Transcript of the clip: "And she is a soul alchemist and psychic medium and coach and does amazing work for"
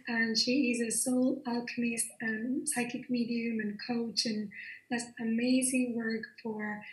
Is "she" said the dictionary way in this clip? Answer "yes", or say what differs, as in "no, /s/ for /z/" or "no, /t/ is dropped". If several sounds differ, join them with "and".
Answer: yes